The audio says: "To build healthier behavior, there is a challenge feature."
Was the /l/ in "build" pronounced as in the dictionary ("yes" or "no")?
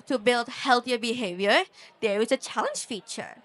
yes